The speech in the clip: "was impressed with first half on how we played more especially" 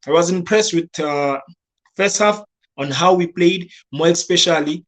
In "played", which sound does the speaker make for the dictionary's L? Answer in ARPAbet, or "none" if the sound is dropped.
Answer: L